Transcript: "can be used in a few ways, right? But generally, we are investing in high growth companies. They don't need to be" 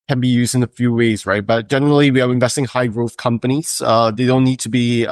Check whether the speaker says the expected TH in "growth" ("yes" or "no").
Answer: yes